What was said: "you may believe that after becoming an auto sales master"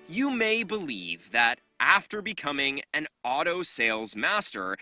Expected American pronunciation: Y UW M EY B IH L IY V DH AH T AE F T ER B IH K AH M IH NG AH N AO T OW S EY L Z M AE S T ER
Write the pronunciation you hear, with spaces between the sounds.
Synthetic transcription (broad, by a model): Y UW M EY B IH L IY V DH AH T AE F T ER B IH K AH M IH NG AH N AO T OW S EY L Z M AE S T ER